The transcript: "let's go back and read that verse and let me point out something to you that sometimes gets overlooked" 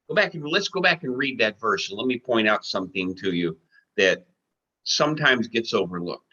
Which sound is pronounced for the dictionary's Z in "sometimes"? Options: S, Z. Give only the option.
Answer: Z